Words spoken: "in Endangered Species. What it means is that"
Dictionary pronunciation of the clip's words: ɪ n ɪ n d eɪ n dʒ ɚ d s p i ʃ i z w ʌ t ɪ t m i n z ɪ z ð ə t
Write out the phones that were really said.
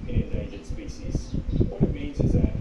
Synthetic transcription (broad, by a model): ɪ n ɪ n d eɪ dʒ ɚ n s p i s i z w ʌ t ɪ t m i n z ɪ z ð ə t